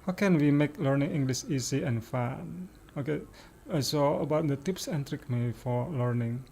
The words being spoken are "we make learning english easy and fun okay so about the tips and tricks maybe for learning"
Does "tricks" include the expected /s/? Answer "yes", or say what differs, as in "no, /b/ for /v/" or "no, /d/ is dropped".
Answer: no, /s/ is dropped